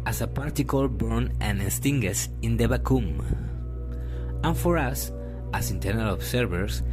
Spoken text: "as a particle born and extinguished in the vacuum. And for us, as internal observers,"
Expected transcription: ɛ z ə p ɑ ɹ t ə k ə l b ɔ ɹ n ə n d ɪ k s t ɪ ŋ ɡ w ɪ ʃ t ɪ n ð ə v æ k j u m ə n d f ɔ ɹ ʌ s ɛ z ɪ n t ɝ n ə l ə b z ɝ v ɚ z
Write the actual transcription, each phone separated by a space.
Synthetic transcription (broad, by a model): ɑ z ə p ɑ ɹ t ə k ə l b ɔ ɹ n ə n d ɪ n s t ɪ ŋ ɡ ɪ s ɪ n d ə b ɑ k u m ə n f ɔ ɹ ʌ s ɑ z ɪ n t ɝ n ə l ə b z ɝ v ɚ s